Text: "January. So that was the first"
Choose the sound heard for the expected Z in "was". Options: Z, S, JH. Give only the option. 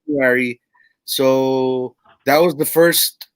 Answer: Z